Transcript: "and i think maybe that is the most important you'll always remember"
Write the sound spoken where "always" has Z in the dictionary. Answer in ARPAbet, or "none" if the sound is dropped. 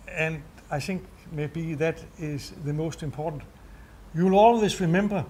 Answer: S